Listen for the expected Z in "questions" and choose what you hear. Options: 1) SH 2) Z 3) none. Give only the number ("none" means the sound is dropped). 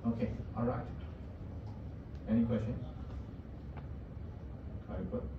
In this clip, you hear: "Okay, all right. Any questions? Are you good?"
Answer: 3